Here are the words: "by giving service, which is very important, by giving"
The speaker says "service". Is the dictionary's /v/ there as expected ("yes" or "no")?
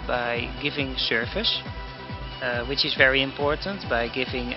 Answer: no